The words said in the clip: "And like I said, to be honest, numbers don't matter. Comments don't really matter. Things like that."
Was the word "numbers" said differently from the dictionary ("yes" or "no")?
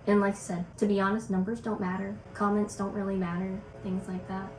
no